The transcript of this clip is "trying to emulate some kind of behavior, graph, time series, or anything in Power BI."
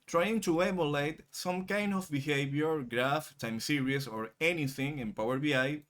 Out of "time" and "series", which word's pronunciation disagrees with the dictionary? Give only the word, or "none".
series